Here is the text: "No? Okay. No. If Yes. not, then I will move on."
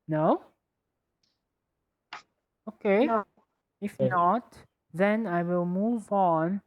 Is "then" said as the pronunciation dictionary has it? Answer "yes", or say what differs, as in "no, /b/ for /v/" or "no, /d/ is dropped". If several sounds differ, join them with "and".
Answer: yes